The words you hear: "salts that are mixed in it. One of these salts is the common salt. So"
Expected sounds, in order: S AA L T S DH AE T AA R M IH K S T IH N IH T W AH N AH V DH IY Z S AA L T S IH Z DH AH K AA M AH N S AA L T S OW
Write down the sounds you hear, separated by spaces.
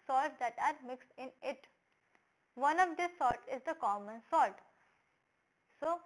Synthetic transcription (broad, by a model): S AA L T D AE T AA R M IH K S T IH N IH T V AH N AH V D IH S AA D T IH Z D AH K AA M AH N S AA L T S OW